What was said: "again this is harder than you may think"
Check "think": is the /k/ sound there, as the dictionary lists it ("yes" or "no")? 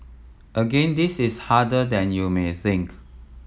yes